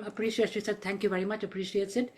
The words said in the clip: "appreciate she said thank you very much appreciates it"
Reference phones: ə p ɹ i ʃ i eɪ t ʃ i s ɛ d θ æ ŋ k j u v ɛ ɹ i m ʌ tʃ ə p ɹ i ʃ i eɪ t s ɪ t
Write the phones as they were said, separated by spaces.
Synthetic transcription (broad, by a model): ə p ɹ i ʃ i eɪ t ʃ i s ɛ d t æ ŋ k j u v ɛ ɹ i m ʌ tʃ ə p ɹ i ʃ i eɪ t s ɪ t